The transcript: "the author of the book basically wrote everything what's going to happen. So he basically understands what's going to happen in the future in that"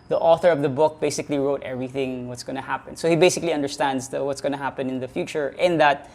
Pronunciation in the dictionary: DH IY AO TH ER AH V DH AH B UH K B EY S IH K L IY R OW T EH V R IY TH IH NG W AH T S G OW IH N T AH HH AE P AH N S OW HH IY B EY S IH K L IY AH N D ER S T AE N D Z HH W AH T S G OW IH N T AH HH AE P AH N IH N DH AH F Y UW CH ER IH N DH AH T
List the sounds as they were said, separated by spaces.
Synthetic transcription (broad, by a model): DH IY AO TH ER AH V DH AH B UH K B EY S IH K L IY R OW T EH V R IY TH IH NG W AH T S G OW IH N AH HH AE P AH N S OW HH IY B EY S IH K L IY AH N D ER S T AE N D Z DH W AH T S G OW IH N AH HH AE P AH N IH N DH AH F Y UW CH ER IH N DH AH T